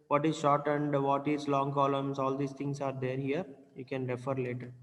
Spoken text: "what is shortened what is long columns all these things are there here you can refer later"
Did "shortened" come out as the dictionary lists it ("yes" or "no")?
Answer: yes